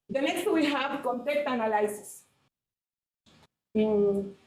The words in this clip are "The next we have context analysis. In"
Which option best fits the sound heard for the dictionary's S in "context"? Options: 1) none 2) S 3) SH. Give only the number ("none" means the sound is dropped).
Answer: 1